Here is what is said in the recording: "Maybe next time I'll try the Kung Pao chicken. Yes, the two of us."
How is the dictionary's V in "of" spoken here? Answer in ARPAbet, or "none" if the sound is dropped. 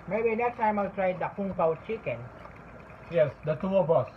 B